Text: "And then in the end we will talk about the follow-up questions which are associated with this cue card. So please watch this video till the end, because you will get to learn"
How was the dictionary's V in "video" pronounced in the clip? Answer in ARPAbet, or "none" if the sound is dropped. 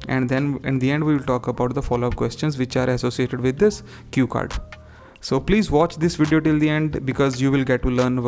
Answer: V